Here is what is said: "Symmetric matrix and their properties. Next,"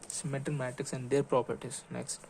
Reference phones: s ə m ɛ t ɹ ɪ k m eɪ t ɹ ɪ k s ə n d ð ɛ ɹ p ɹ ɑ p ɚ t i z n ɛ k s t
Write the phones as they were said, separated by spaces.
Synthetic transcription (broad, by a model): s m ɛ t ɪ m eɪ t ɪ k s ə n d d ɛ ɹ p ɹ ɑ p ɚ t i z n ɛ k s t